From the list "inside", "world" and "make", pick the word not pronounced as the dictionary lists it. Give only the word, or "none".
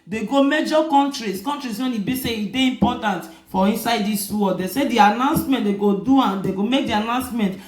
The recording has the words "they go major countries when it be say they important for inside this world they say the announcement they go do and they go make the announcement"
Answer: world